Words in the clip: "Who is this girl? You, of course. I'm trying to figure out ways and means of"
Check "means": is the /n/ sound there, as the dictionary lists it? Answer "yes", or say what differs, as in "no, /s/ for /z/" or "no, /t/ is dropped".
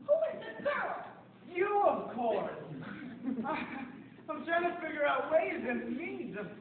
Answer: no, /n/ is dropped